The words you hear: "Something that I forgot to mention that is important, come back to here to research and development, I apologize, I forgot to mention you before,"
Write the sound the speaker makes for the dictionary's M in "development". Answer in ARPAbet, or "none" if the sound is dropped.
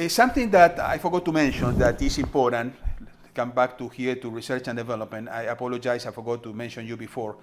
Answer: M